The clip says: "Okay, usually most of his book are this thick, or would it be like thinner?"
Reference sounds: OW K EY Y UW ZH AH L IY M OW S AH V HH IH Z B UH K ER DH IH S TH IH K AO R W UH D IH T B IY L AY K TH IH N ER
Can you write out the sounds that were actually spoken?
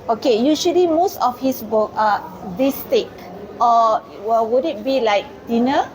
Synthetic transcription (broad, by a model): OW K EY Y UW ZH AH L IY M OW S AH F HH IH S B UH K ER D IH S T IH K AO W W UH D IH T B IY L AY K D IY N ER